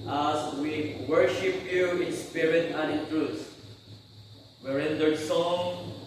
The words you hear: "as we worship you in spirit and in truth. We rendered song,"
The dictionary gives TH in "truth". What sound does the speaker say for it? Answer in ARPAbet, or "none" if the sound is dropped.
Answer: T